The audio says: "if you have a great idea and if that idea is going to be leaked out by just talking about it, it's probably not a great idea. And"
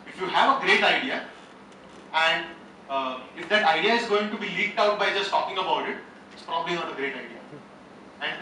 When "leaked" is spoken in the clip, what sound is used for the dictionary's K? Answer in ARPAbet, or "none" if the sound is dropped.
K